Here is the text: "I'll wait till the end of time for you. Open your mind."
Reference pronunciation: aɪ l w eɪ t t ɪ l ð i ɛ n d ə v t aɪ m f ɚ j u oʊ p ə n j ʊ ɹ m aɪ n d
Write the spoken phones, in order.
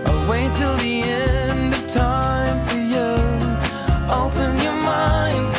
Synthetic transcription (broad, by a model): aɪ w eɪ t t ɪ l ð i ɛ n d ə v t aɪ m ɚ j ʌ oʊ p ə n j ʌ ɹ m aɪ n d